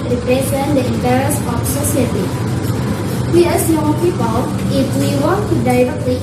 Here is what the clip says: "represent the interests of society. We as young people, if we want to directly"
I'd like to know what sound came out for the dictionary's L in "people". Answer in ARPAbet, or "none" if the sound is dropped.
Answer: L